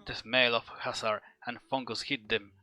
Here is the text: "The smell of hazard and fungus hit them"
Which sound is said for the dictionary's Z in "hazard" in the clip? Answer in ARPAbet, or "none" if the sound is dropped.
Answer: S